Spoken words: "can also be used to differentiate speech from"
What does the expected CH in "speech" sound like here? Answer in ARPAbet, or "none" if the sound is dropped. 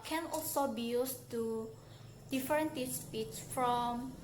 S